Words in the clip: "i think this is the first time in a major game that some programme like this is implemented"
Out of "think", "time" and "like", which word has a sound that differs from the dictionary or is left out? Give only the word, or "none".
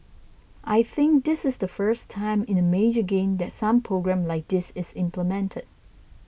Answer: none